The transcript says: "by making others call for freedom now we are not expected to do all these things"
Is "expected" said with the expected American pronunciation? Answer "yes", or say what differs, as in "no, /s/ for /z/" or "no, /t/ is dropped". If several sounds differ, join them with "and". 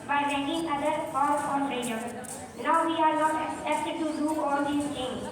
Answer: no, /p/ is dropped